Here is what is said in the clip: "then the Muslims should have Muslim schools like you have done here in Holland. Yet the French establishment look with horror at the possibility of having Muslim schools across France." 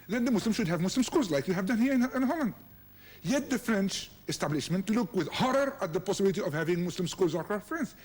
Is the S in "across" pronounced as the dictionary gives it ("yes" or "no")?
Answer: no